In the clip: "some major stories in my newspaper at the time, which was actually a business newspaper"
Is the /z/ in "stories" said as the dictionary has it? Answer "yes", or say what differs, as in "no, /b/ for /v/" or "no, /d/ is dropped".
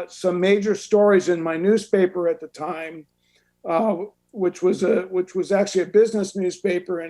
yes